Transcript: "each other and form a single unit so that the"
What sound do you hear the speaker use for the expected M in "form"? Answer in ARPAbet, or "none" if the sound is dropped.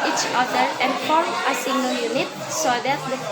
none